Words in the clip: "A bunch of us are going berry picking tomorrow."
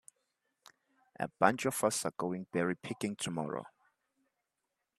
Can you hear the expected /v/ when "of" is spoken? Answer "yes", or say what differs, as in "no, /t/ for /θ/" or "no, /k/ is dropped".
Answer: no, /f/ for /v/